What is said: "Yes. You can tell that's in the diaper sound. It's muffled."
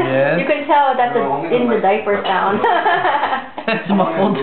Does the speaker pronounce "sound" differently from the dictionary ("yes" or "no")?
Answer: yes